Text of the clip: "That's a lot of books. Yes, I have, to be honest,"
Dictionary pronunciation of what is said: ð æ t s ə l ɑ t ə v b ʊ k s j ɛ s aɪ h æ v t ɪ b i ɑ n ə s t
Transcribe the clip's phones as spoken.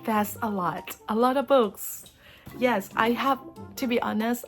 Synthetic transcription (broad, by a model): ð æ t s ə l ɑ t ə v b ʊ k s j ɛ s aɪ h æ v t ɪ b i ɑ n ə s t